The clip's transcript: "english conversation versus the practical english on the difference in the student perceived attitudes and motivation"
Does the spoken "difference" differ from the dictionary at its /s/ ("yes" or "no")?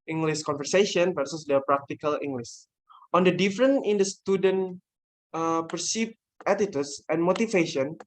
yes